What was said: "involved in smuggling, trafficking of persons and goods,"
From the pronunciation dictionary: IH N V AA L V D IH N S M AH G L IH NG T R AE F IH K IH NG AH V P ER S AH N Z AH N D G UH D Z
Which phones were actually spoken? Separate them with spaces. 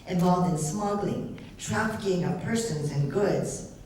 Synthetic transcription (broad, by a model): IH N V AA L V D IH N S M AH G L IH NG T R AE F IH K IH NG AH P ER S AH N Z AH N G UH D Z